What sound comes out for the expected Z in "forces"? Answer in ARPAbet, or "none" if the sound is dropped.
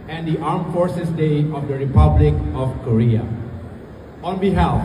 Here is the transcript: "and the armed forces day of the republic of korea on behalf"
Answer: S